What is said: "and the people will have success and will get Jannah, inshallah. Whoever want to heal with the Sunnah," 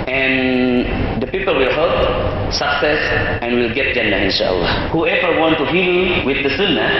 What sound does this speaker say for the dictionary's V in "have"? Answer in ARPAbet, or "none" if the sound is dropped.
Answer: P